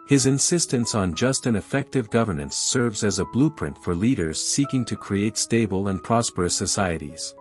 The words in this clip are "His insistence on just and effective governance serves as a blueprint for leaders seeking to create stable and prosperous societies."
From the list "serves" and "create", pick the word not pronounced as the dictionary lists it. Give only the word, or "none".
none